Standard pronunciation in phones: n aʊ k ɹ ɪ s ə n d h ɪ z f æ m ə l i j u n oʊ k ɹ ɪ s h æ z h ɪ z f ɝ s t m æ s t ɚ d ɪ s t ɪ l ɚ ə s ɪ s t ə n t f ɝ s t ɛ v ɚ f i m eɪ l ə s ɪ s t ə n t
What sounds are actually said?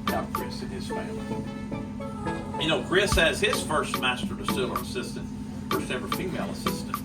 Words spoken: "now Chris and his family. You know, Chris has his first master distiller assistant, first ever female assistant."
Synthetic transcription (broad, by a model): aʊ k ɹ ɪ s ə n ɪ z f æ ə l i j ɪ n oʊ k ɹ ɪ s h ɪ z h ɪ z f ɝ s t m æ s t ɚ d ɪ s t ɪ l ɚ ə s ɪ s t ə n t f ɝ s t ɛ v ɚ f i m eɪ l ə s ɪ s t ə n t